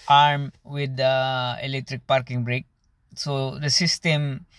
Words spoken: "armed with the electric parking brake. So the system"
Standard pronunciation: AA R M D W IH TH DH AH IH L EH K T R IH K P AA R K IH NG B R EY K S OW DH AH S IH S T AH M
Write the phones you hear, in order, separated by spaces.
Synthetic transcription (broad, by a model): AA R M W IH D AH IH L EH K T R IH K P AA R K IH NG B R EY K S OW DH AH S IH S T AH M